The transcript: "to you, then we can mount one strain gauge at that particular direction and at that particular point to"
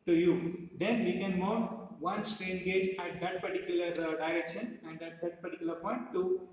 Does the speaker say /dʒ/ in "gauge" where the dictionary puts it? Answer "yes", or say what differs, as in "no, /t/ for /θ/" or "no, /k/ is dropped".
yes